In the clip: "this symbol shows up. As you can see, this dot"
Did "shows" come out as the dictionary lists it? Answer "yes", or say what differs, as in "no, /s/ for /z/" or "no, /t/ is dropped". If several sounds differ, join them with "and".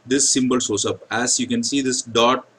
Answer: no, /s/ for /ʃ/ and /s/ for /z/